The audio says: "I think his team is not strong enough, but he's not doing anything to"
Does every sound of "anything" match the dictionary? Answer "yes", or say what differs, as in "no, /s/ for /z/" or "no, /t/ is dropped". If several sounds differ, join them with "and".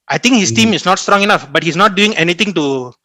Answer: no, /t/ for /θ/